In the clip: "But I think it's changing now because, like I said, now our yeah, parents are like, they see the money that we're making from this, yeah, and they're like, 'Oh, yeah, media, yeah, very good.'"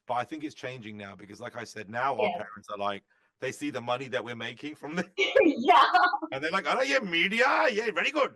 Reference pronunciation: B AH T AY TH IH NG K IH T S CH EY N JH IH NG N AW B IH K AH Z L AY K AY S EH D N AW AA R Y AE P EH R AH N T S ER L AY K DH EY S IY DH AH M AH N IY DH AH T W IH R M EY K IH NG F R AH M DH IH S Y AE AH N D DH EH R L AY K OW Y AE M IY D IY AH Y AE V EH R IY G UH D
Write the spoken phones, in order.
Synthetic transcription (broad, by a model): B AH T AY TH IH NG K IH T S CH EY N JH IH NG N AW B IH K AH Z L AY K AY S EH D N AW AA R P EH R AH N T S ER L AY K DH EY S IY DH AH M AH N IY DH AH T W IH R M EY K IH NG F R AH M DH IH Y AE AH N DH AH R L AY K OW Y AE M IY D IY AH Y AE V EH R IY G UH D